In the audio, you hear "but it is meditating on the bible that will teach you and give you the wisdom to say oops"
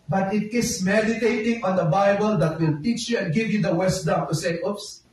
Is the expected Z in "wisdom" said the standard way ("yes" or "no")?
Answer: no